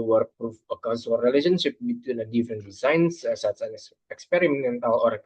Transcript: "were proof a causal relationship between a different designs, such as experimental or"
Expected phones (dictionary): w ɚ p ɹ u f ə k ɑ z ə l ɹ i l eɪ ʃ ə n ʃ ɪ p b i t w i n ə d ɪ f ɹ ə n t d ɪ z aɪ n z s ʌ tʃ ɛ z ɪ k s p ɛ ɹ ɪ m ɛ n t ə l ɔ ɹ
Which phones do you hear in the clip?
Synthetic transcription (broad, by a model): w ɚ p ɹ u f ə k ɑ s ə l ɹ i l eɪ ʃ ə n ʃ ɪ p b i t w i n ə d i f ɹ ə n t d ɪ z aɪ n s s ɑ s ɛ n ɪ k s p ɛ ɹ ɪ m ɛ n t ə l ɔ ɹ